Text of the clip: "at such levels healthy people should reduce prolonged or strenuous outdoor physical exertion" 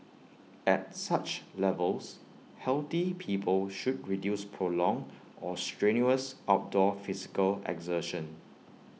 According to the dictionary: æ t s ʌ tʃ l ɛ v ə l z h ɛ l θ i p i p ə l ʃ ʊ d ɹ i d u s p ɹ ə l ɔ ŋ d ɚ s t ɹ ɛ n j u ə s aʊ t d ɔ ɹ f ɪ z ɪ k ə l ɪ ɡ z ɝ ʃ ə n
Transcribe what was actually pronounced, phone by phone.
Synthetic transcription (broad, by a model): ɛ t s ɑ tʃ l ɛ v ə l s h ɛ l t i p i p ə l ʃ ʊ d ɹ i d u s p ɹ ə l ɔ ŋ ɔ s t ɹ ɛ n j u ə s aʊ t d ɔ f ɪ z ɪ k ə l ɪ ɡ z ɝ ʃ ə n